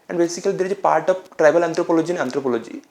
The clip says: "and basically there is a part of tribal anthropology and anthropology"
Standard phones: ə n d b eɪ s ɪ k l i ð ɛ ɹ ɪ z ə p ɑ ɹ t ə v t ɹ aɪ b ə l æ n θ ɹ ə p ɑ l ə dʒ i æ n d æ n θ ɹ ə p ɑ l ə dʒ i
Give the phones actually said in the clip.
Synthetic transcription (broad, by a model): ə n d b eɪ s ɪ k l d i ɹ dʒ ə p ɑ ɹ t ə p t ɹ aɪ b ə l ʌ n t ɹ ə p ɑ l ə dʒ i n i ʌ n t ɹ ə p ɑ l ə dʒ i